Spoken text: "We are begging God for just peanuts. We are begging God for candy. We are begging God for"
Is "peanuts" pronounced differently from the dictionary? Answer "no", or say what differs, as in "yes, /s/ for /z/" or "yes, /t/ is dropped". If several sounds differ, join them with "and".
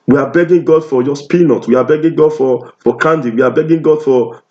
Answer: yes, /s/ is dropped